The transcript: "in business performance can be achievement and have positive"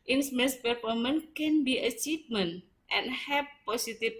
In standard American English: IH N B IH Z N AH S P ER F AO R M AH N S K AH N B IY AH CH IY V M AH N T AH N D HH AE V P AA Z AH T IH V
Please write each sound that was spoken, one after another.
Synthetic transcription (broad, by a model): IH N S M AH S P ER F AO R M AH N K AH N B IY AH CH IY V M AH N T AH N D HH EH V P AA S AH T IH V